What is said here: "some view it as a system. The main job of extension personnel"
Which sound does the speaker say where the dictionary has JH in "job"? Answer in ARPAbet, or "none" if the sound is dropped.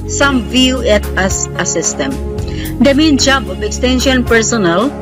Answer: JH